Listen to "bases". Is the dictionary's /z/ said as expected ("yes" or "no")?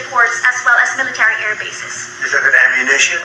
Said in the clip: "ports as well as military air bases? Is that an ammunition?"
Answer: no